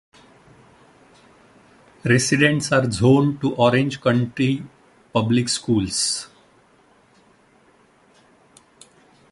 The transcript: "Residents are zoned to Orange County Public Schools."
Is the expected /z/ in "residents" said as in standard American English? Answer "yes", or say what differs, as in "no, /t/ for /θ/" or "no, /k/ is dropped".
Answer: no, /s/ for /z/